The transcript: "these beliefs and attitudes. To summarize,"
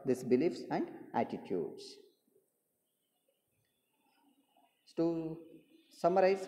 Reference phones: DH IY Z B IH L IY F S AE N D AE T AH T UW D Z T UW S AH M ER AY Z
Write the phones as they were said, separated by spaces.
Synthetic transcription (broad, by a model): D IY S B IH L IY F S AE N D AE T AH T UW D S T UW S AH M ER AY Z